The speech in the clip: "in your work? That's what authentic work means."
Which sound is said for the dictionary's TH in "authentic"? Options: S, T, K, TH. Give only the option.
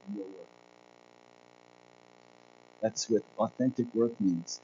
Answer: TH